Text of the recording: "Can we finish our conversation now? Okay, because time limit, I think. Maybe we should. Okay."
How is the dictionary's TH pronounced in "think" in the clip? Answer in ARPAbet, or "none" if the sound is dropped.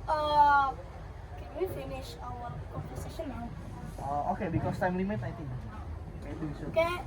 T